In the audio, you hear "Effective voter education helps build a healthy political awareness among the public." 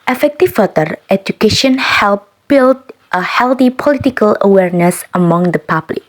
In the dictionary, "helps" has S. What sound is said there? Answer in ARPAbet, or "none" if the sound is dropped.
none